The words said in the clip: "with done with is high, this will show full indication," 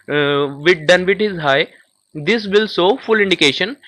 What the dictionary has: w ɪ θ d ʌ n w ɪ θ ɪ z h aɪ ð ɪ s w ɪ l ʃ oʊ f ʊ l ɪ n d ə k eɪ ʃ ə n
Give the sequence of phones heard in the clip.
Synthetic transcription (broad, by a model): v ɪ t d ʌ n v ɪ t ɪ z h aɪ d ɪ s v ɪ l s oʊ f ʊ l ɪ n d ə k eɪ ʃ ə n